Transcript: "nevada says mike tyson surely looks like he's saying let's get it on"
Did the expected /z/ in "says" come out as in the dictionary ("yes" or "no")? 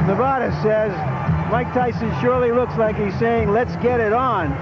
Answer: yes